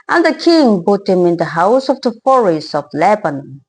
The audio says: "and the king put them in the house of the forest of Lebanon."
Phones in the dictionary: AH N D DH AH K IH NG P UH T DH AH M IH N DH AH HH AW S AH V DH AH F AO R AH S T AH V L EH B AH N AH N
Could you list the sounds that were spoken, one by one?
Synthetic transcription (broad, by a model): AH N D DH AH K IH NG B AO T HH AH M IH N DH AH HH AW S AH V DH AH F AO R AH S T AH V L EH B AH N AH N